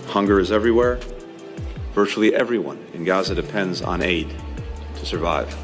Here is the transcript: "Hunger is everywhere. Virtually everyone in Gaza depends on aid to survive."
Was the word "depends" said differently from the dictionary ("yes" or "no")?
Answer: no